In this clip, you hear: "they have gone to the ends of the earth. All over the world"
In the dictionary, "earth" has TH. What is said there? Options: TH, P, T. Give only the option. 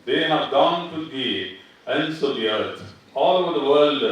T